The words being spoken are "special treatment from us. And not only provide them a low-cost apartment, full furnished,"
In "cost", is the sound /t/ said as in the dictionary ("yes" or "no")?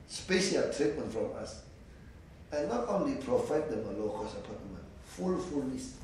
no